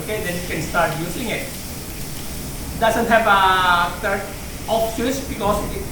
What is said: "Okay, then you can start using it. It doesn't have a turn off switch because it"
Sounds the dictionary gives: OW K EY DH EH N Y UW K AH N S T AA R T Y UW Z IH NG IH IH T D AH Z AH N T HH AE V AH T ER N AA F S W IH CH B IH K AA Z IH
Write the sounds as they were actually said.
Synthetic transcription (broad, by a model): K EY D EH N Y UW K AH N S T AA R T Y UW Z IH NG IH IH T D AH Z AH N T HH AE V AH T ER AA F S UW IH S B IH K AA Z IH